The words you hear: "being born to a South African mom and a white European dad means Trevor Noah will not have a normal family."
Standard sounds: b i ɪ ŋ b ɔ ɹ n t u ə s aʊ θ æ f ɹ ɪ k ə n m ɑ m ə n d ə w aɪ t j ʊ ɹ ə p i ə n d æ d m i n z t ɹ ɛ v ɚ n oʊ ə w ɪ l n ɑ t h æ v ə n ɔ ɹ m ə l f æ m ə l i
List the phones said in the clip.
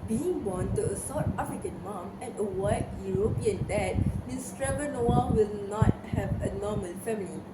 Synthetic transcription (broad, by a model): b i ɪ ŋ b ɔ n t u ə s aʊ t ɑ f ɹ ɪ k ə n m ɑ m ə n ə w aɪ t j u ɹ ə p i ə n d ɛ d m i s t ɹ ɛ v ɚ n oʊ ə w ɪ l n ɑ t h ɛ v ə n ɔ m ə l f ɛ m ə l i